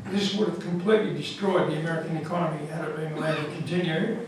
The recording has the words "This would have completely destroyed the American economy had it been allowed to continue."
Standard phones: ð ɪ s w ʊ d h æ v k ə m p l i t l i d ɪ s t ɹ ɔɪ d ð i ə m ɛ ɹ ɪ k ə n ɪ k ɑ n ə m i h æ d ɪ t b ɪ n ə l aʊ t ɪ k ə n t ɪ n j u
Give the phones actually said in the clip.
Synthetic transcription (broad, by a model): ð ɪ s w ʊ d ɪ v k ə m p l i t l i d ɪ s t ɹ ɔɪ d ð i ə m ɛ ɹ ɪ k ə n ɪ k ɑ n ə m i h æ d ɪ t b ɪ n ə ɪ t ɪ k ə n t ɪ n j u